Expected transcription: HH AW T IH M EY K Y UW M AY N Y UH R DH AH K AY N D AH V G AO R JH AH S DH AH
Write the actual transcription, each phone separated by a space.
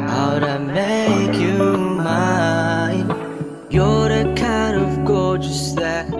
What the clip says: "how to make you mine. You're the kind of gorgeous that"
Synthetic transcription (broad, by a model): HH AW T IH M EY K Y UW M AY N Y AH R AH K AY N D AH V G AO R JH AH S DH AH